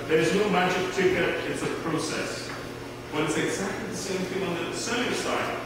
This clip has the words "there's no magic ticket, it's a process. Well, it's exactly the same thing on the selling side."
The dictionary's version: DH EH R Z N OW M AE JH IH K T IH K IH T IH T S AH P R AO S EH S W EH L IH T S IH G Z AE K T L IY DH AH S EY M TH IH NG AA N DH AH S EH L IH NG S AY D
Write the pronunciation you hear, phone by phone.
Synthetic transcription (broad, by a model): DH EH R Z N OW M AE JH IH K T IH K IH T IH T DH AH P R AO S EH S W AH N IH T S IH G Z AE K T L IY DH AH S EY M TH IH NG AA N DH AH S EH IH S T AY